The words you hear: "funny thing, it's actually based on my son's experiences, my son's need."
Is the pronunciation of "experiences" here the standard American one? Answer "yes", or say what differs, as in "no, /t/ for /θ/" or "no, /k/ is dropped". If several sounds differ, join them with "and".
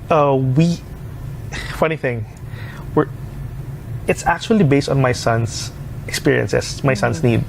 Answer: no, /s/ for /z/